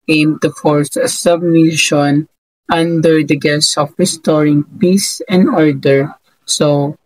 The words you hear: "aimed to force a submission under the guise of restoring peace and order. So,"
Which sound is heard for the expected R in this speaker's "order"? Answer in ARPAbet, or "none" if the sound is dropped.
R